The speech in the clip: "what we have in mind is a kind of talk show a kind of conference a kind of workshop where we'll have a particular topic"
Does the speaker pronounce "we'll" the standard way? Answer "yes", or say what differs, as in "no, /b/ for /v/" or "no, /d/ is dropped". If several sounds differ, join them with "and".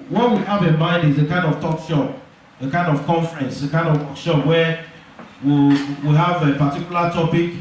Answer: no, /w/ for /l/